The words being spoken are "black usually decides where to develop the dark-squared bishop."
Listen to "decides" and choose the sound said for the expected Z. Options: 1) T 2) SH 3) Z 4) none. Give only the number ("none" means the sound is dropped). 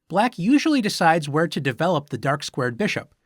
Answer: 3